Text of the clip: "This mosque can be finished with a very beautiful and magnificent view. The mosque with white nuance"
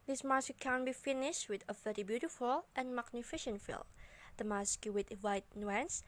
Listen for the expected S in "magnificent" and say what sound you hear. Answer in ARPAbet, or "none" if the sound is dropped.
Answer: SH